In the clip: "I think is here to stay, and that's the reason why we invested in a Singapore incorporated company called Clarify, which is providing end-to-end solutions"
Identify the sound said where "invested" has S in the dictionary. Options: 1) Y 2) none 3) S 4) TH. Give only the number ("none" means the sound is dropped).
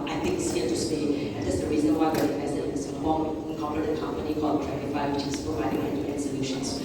2